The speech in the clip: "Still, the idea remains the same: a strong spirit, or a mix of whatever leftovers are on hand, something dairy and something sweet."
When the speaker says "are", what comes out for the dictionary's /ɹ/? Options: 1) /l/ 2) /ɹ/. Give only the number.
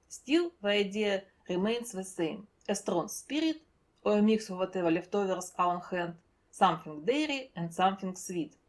1